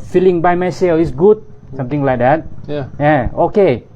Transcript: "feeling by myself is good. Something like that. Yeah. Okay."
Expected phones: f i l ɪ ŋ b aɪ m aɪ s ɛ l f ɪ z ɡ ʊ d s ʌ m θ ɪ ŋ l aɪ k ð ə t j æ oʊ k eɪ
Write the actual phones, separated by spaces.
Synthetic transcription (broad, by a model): f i l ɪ ŋ b aɪ m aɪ s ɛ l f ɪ s ɡ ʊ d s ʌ m t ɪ ŋ l aɪ k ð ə t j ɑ oʊ k eɪ